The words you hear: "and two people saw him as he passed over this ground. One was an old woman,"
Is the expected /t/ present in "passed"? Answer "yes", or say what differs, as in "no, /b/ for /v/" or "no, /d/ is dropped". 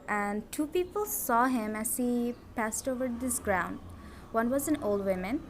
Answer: yes